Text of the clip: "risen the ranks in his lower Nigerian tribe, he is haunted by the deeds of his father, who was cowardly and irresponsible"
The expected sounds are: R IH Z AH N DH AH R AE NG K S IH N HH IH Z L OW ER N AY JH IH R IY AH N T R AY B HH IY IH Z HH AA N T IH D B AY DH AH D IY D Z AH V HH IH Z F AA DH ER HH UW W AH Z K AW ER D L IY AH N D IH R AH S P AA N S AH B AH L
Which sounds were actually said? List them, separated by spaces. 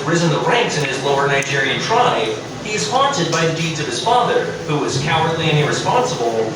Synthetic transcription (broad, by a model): R IH Z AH N DH AH R AE NG K S IH N IH Z L OW ER N AY JH IH R IY AH N T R AY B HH IY IH Z HH AA N T IH D B AY DH AH D IY D Z AH V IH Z F AA DH ER HH UW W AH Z K AW ER D L IY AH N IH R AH S P AA N S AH B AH L